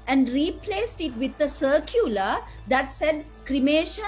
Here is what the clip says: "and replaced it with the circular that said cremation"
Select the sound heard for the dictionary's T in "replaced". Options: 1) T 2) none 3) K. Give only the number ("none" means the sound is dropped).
1